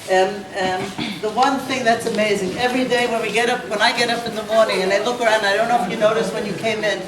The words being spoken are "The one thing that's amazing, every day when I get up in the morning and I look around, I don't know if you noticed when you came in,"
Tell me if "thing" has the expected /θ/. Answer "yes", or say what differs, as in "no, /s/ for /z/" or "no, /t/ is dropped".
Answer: yes